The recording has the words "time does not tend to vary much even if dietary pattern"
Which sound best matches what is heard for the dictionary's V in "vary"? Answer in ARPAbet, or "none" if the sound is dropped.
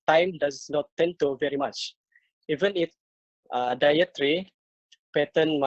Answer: V